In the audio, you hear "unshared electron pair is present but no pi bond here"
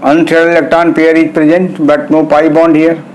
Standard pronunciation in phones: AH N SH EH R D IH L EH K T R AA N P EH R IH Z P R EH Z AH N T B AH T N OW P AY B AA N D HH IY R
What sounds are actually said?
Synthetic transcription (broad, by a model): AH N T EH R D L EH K T AA N P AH R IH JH P R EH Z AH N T B AH T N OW P AY B AA N D HH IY R